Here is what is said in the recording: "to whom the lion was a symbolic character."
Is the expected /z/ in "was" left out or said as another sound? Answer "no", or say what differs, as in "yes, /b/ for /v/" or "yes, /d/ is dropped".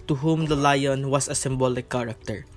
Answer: yes, /s/ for /z/